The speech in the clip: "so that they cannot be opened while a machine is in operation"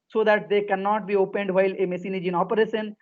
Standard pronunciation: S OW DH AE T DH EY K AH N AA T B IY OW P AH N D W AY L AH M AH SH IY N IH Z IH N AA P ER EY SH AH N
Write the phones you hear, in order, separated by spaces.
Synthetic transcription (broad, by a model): S OW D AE T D EY K AH N AA T B IY OW P AH N D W AY L AH M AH S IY N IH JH IH N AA P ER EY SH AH N